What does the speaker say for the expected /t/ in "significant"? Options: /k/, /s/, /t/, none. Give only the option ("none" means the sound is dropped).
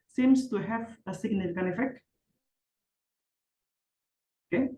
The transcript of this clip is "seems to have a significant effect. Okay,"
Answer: none